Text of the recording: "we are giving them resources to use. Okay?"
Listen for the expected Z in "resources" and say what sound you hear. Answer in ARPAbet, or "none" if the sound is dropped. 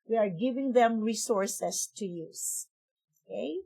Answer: S